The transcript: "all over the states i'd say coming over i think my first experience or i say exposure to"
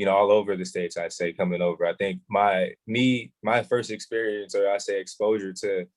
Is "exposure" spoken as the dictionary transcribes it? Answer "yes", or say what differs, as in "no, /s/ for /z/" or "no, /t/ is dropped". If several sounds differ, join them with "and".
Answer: yes